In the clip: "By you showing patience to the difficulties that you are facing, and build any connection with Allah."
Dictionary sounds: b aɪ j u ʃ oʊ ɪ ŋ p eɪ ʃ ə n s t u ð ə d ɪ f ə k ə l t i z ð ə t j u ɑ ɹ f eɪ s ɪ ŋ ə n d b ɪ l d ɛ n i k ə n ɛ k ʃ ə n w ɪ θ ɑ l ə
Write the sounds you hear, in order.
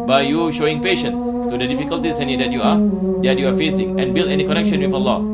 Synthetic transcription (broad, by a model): b aɪ j u ʃ oʊ ɪ ŋ p eɪ ʃ ə n s t u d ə d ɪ f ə k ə l t i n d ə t j u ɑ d f eɪ s ɪ ŋ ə n b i l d ɛ n i k ə n ɛ k ʃ ə n w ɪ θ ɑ l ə